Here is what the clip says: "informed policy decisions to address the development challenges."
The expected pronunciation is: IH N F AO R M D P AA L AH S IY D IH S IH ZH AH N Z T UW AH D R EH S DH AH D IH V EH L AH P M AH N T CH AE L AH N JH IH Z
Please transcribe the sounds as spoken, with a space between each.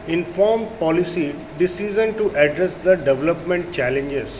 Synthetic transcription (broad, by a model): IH N F AO R M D P AA L AH S IY D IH S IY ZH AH N T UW AH D R EH S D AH D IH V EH L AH P M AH N T CH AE L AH N JH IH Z